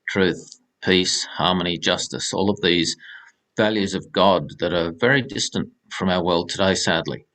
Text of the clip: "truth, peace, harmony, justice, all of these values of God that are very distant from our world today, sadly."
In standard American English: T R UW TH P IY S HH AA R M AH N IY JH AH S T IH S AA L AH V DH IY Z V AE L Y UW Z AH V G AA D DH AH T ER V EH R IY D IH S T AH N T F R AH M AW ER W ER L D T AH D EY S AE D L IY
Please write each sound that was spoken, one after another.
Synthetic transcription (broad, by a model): T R UW TH P IY S HH AA R M AH N IY JH AH S T IH S AA L AH V DH IY Z V AE L Y UW Z AH V G AA D DH AH T ER V EH R IY D IH S T AH N T F R AH M AW ER W ER L D T AH D EY S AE D L IY